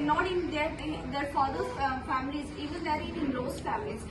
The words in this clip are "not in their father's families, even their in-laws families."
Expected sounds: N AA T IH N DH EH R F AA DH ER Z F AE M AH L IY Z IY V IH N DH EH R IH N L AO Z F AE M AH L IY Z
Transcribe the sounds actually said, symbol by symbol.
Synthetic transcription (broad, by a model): N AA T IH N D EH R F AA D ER F AE M AH L IY Z IY V IH N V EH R IH N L AO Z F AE M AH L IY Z